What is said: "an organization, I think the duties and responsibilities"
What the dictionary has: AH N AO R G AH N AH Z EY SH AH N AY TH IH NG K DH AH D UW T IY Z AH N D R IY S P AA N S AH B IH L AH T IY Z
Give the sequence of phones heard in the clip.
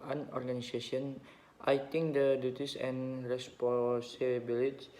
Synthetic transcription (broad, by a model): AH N AO R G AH N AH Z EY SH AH N AY T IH NG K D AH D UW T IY S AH N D R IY S P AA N S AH B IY L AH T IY